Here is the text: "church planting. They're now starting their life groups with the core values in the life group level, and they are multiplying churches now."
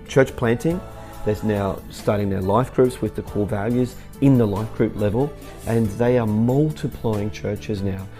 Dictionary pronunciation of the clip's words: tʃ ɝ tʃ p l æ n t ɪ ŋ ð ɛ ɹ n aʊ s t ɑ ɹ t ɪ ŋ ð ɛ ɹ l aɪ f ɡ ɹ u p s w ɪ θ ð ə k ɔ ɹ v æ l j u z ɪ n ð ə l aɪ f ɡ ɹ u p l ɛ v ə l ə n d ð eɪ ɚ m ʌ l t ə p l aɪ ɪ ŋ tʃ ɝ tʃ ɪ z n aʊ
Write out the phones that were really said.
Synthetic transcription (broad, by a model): tʃ ɝ tʃ p l æ n t ɪ ŋ ð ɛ ɹ n aʊ s t ɑ ɹ t ɪ ŋ ð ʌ ɹ l aɪ f ɡ ɹ u p s w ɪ ð ə k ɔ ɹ v æ l j u z ɪ n ð ə l aɪ f ɡ ɹ u p l ɛ v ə l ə n ð eɪ ɚ m ʌ l t ə p l aɪ ɪ ŋ tʃ ɝ tʃ ɪ z n aʊ